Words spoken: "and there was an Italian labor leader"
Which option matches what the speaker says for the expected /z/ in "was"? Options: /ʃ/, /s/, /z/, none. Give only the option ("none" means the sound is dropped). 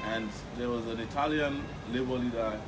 /z/